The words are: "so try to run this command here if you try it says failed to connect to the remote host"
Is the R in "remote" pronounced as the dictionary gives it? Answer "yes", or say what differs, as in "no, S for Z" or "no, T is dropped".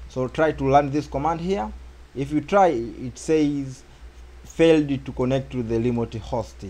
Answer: no, L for R